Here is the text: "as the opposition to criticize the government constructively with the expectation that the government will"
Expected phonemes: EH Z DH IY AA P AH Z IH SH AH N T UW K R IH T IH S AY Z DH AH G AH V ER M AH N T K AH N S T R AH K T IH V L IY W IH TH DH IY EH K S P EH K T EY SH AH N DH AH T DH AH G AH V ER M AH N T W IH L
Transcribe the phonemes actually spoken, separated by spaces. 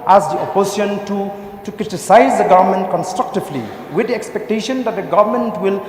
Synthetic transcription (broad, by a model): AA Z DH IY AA P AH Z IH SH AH N T UW K R IH T IH S AY Z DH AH G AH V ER M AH N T K AH N S T R AH K T IH V L IY W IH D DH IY EH K S P EH K T EY SH AH N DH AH T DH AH G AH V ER M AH N T W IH L